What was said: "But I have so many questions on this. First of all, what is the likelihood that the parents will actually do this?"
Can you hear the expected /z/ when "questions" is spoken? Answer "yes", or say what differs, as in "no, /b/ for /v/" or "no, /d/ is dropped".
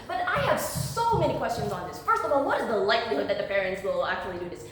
yes